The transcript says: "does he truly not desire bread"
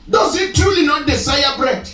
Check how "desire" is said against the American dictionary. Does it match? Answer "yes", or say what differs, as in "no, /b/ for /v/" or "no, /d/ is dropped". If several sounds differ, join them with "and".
no, /s/ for /z/